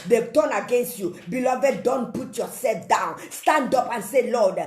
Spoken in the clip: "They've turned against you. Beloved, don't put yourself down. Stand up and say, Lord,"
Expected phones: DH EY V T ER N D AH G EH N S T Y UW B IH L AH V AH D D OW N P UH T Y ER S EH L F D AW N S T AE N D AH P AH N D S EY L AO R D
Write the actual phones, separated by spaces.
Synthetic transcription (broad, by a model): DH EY T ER N AH G EH N S T Y UW B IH L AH V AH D D OW N P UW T Y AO S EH L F D AW N S T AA N D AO P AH N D S EY L AO D